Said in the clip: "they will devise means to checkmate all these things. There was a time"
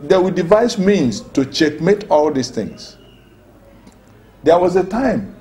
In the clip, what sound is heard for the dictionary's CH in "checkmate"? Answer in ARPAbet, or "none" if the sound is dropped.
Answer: CH